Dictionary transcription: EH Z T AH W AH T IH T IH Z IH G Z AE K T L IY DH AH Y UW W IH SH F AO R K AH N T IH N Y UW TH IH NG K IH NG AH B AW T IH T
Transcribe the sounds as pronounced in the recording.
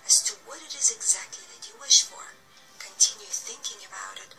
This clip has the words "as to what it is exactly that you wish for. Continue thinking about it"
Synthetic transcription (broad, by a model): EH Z T AH W AH T IH T IH Z IH G Z AE K T L IY DH AH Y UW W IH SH F AO R K AH N T IH N Y UW TH IH NG K IH NG AH B AW T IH T